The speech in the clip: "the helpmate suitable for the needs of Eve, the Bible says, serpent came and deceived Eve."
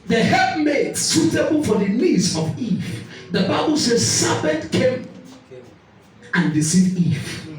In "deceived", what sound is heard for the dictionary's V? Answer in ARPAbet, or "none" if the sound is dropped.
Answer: none